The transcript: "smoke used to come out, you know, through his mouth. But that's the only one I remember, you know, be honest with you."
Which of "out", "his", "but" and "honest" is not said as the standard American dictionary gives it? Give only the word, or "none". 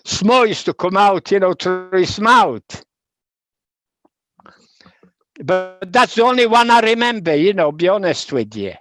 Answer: his